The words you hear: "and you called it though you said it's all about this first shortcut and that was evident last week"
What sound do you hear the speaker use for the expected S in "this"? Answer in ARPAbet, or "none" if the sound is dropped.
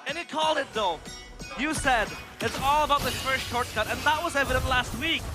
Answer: none